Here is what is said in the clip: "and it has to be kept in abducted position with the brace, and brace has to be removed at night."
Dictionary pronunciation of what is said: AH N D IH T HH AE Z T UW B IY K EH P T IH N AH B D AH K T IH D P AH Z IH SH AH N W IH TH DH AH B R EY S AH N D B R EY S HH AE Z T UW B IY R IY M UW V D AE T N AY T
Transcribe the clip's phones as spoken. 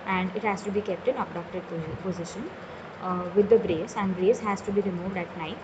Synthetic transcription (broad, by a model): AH N D IH T HH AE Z T UW B IY K EH P T IH N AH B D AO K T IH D P AH Z IH SH AH N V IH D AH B R EY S AH N D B R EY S HH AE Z T UW B IY R IY M UW V D AE T N AY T